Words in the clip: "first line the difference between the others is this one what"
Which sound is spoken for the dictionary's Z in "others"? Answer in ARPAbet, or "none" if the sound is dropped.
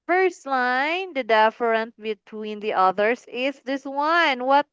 S